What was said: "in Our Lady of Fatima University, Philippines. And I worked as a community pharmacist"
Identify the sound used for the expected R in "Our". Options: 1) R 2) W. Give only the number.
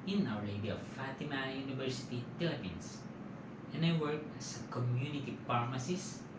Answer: 2